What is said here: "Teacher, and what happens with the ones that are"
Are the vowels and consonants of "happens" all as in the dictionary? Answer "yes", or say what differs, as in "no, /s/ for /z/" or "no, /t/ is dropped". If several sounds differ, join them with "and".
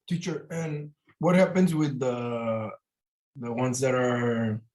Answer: yes